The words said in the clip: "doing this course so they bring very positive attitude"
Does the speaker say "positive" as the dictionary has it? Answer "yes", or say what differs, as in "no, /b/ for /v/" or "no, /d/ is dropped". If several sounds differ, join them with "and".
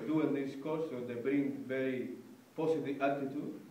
no, /s/ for /z/